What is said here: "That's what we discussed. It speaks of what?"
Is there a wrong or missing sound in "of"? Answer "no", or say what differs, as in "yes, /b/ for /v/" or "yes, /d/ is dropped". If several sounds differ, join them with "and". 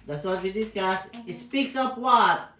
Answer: yes, /p/ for /v/